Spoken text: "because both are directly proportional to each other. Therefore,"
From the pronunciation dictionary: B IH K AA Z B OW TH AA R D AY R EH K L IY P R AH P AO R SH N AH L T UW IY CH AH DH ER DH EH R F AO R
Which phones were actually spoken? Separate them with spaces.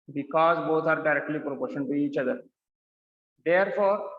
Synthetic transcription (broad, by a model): B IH K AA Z B OW T AA R D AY R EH K L IY P R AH P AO R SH AH N T UW IY CH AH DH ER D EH R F AO R